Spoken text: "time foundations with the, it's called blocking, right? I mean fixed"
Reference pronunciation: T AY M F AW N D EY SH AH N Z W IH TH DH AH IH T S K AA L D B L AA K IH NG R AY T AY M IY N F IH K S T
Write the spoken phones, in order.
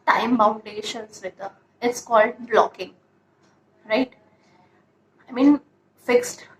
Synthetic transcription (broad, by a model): T AY M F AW N D EY SH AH N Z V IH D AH IH T S K AA L D B L AA K IH NG R AY T AY M IY N F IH K S T